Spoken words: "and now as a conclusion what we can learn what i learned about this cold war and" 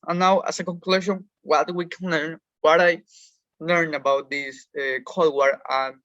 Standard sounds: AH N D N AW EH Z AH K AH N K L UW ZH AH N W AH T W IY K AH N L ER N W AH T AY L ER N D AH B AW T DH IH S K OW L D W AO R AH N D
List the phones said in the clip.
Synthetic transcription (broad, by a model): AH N N AW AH S AH K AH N K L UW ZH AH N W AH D W IY K AH N L ER N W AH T AY L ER N AH B AW T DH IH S K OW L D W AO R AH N